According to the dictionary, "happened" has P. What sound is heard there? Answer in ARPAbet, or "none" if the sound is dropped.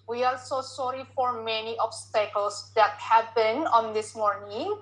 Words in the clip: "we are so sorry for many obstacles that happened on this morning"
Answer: B